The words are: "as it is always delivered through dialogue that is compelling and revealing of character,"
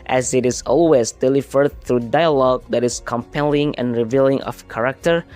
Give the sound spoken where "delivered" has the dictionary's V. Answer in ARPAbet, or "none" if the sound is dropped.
F